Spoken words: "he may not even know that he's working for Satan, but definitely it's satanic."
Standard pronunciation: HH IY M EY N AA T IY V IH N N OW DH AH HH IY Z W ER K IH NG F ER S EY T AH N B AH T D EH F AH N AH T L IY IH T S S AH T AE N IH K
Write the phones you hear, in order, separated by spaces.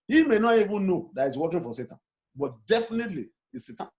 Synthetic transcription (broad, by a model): HH IY M EY N AA T IY V IH N N OW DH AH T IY S W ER K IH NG F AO S EY T AH N B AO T D EH F AH N AH T L IY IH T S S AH T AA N